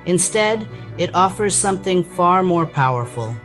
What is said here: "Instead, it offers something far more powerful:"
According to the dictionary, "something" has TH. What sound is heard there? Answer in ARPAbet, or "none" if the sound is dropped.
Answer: TH